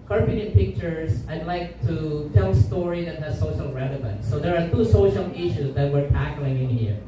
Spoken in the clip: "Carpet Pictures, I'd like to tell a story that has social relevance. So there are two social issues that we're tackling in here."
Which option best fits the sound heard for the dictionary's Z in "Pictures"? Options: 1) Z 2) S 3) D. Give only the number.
2